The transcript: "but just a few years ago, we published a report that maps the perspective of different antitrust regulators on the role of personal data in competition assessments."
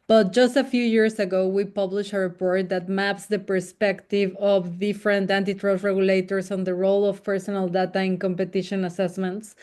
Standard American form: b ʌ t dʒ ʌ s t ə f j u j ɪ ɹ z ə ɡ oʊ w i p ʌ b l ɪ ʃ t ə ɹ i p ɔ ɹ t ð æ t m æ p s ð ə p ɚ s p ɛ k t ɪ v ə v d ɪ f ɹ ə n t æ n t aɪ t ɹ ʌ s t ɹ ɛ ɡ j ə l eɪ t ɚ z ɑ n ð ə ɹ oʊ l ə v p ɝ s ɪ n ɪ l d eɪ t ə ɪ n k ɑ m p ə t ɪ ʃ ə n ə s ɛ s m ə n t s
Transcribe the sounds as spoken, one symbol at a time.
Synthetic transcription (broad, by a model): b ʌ t dʒ ʌ s t ə f j u j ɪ ɹ s ə ɡ oʊ w i p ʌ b l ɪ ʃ ə ɹ i p ɔ ɹ t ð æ t m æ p s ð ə p ɚ s p ɛ k t ɪ v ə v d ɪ f ɹ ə n t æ n t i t ɹ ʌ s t ɹ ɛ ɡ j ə l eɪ t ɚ s ɑ n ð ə ɹ oʊ l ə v p ɝ s ɪ n ɪ l d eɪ t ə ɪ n k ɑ m p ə t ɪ ʃ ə n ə s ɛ s m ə n t s